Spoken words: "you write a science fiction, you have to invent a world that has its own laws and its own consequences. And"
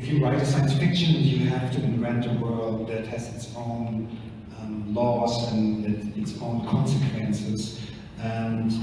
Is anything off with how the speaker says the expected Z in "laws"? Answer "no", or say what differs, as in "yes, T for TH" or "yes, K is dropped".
yes, S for Z